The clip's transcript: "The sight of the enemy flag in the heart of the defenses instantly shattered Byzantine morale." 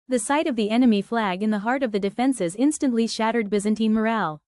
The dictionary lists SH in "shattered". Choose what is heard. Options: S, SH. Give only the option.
SH